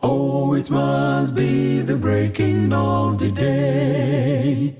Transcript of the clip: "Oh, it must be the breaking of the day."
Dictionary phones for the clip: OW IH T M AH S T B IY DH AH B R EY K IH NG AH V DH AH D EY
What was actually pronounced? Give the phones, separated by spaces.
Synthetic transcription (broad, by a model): OW IH T M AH S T B IY DH AH B R EY K IH NG AH V DH AH D EY